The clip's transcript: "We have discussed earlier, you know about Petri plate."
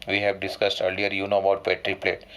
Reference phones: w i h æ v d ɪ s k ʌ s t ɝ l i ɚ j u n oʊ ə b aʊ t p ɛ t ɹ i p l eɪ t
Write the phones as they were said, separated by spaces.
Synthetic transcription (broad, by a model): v i h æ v d ɪ s k ʌ s t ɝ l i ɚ j u n oʊ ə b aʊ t p ɛ t ɹ i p l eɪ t